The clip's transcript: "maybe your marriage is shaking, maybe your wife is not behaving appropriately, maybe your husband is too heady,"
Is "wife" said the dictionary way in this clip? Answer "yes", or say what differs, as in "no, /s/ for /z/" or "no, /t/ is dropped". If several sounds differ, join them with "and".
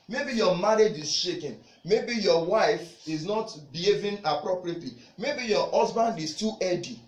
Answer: yes